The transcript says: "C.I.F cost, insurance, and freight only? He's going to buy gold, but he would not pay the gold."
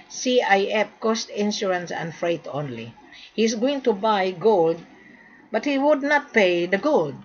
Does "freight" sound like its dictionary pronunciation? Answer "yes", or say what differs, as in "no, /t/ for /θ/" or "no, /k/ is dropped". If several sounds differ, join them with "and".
yes